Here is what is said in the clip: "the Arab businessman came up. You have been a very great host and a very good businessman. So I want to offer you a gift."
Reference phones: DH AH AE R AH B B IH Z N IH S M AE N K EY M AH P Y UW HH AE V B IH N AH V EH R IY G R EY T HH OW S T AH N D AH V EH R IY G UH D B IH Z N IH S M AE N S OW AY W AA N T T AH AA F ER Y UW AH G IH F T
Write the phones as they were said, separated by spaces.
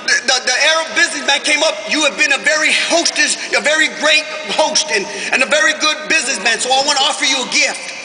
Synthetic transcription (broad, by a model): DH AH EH R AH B B IH Z N IH S M AE N K EY M AH P Y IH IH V B IH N AH V EH R IY G R EY T HH OW S T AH N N AH V EH R IY G UH D B IH Z N IH S M AE N S OW AY W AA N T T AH AA F ER Y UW AH G IH F T